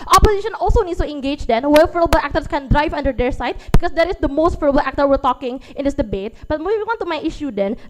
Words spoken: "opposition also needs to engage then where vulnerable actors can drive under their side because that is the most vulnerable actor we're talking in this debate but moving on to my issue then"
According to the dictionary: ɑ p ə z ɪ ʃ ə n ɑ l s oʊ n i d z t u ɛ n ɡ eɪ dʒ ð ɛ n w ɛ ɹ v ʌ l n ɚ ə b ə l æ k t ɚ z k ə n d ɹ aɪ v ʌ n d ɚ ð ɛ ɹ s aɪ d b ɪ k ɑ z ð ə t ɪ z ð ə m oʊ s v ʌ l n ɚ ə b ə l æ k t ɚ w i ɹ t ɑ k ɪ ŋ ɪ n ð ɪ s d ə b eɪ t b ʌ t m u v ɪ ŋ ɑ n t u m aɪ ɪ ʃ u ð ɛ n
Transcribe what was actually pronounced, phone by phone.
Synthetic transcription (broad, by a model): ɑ p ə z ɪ ʃ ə n ɑ l s oʊ n i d s t u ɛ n ɡ eɪ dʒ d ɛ n w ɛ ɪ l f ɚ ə b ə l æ k t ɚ s k ə n d ɹ aɪ v ʌ n d ɚ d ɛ ɹ s aɪ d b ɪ k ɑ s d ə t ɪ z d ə m oʊ s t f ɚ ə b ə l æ k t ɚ w i ɹ t ɑ k ɪ ŋ ɪ n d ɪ s d ə b eɪ t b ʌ t m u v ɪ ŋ ɑ n t u m aɪ ɪ ʃ u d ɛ n